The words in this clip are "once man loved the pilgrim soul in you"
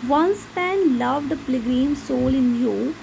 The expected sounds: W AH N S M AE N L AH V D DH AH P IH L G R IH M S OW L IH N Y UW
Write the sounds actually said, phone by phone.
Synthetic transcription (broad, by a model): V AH N S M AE N L AH V D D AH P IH G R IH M S OW L IH N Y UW